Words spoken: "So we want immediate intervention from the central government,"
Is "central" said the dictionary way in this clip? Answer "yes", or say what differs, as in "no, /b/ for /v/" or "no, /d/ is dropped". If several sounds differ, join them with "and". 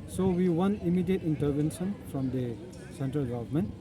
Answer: yes